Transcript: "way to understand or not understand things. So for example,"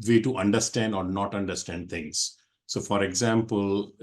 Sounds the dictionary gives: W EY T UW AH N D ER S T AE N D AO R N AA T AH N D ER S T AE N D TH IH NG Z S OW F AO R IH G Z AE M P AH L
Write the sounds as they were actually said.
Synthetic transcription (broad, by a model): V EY T UW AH N D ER S T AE N D AO R N AA T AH N D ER S T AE N D T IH NG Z S OW F AO R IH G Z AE M P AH L